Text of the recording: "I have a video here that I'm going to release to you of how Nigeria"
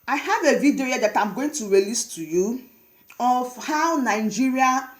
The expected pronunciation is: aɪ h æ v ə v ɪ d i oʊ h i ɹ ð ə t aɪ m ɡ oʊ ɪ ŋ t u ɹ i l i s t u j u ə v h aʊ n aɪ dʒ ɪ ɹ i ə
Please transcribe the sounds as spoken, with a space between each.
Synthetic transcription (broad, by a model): aɪ h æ v ə v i d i oʊ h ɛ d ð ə t aɪ m ɡ oʊ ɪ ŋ t u ɹ i l i s t u j u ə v h aʊ n aɪ dʒ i ɹ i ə